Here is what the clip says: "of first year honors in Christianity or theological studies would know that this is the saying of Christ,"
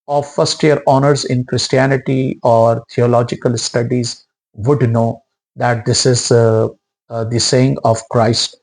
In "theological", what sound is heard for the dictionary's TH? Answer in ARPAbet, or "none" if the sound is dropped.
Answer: T